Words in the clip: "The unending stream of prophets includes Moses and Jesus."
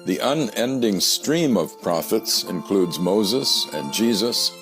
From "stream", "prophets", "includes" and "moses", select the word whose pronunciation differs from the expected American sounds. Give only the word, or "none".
none